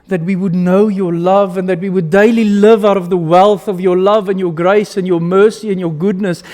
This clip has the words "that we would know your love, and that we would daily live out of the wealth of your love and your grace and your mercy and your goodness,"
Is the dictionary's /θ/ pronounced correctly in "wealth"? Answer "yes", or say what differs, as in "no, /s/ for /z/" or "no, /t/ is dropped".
yes